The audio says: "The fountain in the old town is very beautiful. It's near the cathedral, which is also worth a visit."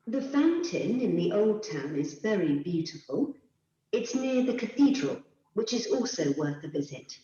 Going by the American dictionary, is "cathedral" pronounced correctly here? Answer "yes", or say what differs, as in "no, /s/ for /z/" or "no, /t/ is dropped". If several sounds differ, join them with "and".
yes